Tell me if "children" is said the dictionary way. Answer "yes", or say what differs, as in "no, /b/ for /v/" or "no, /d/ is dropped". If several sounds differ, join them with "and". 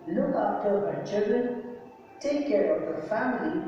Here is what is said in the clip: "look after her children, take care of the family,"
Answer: no, /l/ is dropped